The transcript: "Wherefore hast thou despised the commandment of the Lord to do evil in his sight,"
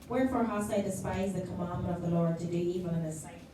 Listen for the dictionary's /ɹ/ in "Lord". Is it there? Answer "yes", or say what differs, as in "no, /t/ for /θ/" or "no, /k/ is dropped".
yes